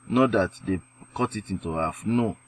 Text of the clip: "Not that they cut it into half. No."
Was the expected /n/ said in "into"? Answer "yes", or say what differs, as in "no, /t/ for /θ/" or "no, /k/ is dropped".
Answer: yes